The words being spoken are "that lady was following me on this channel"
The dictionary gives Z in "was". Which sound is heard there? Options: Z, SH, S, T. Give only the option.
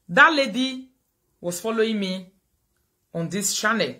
S